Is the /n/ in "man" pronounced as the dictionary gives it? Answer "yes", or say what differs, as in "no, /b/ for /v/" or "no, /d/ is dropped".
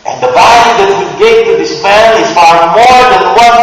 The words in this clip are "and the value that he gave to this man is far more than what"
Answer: no, /l/ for /n/